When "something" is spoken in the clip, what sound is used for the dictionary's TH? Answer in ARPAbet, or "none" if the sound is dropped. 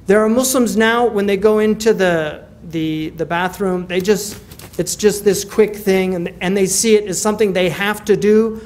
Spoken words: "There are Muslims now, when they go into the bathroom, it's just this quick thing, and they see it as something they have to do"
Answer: TH